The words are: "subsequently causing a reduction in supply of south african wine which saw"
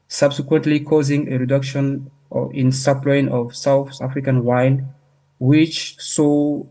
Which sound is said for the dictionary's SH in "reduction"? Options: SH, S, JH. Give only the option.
SH